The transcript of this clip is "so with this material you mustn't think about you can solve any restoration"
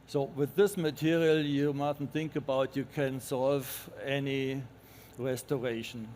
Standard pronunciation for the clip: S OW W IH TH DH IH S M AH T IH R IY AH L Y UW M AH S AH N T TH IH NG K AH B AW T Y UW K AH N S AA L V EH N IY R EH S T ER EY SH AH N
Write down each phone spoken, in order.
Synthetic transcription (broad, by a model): S OW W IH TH DH IH S M AH T IH R IY AH L Y UW M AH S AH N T TH IH NG K AH B AW T Y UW K AH N S AA L V EH N IY R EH S T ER EY SH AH N